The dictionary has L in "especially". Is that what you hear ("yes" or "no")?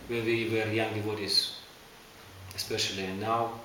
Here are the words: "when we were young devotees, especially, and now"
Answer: yes